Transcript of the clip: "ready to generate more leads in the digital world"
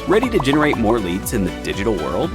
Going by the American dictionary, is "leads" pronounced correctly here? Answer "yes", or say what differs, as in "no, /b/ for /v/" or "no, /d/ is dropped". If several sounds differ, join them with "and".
yes